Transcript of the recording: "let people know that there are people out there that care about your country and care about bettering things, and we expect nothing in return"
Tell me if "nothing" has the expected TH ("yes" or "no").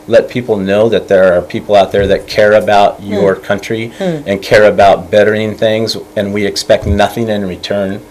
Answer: yes